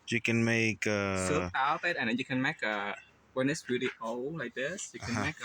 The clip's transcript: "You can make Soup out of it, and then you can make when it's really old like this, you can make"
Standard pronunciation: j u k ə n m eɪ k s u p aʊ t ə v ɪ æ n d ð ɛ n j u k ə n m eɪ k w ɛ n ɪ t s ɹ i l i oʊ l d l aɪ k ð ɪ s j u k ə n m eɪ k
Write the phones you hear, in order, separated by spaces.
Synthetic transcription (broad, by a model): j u k ə n m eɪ k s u aʊ t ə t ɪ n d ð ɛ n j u k ə n m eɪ k w ɛ n ɪ t s ɹ i l i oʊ l l aɪ k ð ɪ s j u k ə n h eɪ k